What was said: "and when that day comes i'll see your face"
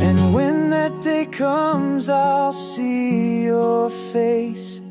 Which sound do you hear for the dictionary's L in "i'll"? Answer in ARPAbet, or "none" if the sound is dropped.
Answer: L